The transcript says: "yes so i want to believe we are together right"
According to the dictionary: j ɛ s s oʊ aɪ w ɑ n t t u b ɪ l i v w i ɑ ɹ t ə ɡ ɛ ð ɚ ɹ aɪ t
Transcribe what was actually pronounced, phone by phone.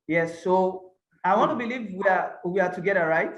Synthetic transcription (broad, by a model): j ɛ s s oʊ aɪ w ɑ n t t u b ɪ l i v w i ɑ w t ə ɡ ɛ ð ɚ ɹ aɪ t